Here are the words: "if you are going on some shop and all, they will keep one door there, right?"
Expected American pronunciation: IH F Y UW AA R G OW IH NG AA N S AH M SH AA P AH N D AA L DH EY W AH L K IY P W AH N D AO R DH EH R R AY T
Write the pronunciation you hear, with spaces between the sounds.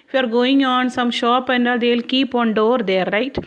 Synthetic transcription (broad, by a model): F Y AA R G OW IH NG AA N S AH M SH AA P AH N D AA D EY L K IY P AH N D AO R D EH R R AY T